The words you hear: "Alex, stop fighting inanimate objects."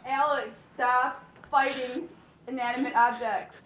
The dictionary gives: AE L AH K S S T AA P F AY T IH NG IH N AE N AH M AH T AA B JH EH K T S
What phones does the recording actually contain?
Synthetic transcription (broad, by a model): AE L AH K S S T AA F F AY T IH NG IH N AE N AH M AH T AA B JH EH K T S